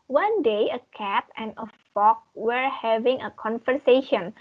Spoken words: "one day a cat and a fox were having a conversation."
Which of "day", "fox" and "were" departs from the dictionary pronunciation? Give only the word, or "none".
fox